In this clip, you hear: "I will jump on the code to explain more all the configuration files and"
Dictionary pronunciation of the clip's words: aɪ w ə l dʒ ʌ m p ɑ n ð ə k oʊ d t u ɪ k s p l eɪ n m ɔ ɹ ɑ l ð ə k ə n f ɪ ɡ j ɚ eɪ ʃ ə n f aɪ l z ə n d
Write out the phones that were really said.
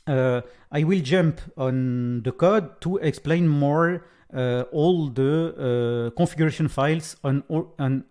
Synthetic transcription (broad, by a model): aɪ w ə l dʒ ʌ m p ɑ n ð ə k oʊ d t u ɪ k s p l eɪ n m ɔ ɹ ɑ l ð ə k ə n f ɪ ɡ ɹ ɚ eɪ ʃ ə n f aɪ l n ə n